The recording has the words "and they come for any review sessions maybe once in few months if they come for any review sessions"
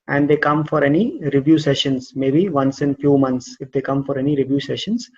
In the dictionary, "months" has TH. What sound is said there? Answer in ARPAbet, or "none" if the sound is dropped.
T